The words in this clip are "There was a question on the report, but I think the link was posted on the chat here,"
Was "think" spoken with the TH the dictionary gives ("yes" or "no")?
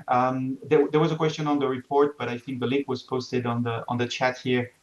yes